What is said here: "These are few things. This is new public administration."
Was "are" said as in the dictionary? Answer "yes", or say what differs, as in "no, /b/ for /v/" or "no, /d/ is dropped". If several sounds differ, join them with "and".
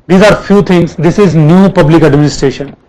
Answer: yes